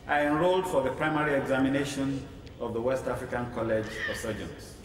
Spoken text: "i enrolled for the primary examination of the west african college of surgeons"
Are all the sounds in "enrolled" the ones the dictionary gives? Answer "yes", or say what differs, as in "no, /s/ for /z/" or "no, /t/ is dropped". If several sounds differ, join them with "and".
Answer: yes